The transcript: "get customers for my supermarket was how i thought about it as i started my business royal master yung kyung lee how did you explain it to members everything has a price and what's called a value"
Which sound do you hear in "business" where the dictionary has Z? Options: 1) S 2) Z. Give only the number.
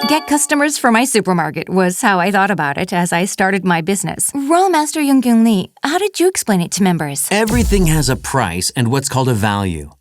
2